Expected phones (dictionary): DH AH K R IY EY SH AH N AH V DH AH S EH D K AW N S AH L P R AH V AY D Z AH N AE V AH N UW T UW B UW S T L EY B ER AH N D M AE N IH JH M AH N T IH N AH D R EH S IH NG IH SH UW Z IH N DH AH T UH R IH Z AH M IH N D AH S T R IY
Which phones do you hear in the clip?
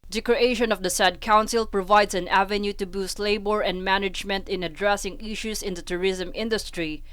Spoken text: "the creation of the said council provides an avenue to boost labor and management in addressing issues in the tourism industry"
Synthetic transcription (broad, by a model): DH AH K R IY EY SH AH N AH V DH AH S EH D K AW N S AH L P R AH V AY D S AH N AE V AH N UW T UW B UW S T L EY B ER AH N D M AE N IH JH M AH N T IH N AH D R EH S IH NG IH SH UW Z IH N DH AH T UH R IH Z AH M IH N D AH S T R IY